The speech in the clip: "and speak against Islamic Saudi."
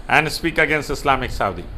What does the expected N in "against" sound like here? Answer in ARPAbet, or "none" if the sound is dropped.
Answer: N